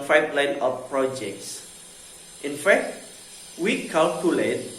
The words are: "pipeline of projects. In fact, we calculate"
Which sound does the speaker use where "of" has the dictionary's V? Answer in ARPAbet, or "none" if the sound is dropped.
P